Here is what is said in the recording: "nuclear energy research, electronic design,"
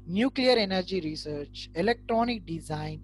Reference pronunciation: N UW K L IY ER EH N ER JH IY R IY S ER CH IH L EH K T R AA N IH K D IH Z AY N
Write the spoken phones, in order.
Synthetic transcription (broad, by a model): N UW K L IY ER EH N ER JH IY R IY S ER CH IH L EH K T R AA N IH K D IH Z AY N